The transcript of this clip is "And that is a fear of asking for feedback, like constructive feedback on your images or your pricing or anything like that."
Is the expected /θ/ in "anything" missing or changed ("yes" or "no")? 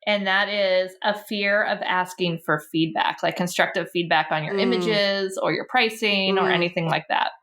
no